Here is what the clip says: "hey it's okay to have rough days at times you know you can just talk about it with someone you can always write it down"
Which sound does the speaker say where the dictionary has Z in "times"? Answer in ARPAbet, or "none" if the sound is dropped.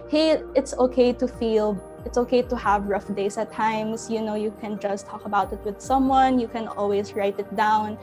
S